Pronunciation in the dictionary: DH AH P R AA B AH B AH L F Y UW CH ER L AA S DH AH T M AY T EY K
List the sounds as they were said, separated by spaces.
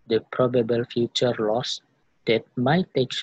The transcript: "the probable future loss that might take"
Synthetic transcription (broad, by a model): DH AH P R AA B AH B AH L F Y UW CH ER L AA S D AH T M AY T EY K